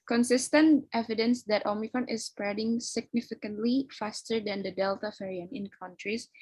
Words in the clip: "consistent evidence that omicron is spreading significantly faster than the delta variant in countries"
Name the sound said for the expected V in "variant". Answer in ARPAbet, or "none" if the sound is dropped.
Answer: F